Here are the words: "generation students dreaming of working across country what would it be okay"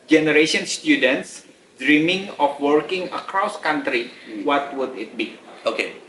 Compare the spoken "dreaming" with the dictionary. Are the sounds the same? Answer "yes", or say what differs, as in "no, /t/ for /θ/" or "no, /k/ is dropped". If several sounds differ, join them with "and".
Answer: yes